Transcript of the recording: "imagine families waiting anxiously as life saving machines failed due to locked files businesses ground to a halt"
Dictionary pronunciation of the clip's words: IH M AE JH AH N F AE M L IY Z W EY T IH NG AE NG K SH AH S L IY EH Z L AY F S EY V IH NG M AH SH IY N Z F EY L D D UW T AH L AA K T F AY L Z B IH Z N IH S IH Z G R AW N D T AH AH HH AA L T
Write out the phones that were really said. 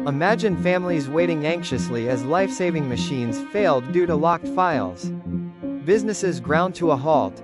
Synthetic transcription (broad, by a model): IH M AE JH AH N F AE M L IY Z W EY T IH NG AE NG K SH AH S L IY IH Z L AY F S EY V IH NG M AH SH IY N Z F EY L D D UW T AH L AA K T F AY L Z B IH Z N IH S IH Z G R AW N T AH AH HH AA L T